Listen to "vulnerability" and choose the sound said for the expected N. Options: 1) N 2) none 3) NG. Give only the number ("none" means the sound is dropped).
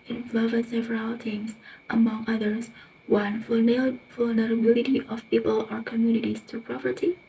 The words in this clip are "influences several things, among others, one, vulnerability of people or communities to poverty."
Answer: 1